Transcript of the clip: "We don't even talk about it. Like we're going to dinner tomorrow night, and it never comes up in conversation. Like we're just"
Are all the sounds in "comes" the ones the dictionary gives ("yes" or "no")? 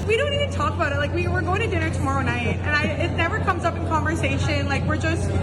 yes